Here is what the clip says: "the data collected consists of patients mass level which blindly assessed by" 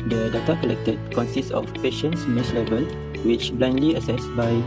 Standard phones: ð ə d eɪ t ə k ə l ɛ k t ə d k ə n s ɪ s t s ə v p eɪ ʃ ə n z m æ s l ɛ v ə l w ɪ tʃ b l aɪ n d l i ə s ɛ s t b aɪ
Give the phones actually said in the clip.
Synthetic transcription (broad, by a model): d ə d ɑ t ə k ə l ɛ k t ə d k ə n s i s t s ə f p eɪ ʃ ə n s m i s l ɛ v ə l w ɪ tʃ b l aɪ n d l i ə s ɛ s b aɪ